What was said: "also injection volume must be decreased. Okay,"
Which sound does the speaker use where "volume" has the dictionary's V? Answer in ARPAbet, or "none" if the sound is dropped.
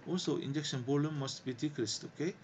B